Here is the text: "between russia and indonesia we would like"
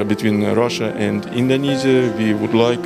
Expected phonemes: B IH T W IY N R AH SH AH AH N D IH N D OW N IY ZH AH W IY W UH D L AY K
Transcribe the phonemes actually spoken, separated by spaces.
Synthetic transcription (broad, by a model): B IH T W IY N R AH SH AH AH N D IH N D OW N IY Z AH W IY W UH D L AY K